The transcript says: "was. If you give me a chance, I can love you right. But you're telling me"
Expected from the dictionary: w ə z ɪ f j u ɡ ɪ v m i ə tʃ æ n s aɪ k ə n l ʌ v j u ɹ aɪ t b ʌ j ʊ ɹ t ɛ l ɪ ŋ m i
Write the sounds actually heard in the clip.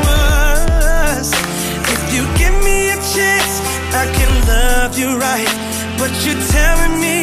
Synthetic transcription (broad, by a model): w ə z ɪ f j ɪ ɡ ɪ v m i ə tʃ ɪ s aɪ k ə n l ʌ v j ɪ ɹ aɪ t b ʌ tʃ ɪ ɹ t ɛ l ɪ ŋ m i